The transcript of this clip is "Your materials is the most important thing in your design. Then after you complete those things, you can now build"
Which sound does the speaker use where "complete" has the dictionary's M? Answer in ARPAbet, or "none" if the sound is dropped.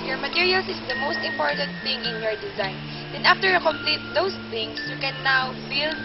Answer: M